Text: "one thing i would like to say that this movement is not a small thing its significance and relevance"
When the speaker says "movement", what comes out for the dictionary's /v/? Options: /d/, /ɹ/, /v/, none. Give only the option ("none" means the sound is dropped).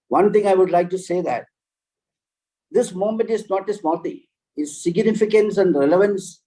none